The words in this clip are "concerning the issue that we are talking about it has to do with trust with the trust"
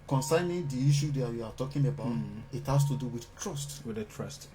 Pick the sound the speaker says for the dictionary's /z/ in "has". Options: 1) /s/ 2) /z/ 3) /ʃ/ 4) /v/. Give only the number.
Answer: 1